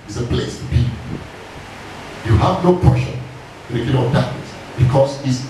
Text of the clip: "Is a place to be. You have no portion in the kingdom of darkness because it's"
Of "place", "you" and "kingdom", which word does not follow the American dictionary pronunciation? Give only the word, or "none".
kingdom